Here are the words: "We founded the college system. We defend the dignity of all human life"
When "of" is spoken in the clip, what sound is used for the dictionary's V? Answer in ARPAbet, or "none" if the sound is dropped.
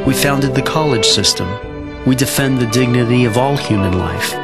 V